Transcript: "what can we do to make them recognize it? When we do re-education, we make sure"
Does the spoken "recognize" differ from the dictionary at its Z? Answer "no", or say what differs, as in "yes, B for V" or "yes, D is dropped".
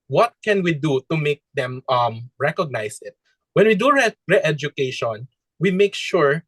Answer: yes, S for Z